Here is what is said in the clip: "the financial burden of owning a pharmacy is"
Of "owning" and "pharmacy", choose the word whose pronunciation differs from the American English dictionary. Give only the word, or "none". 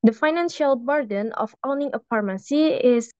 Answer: pharmacy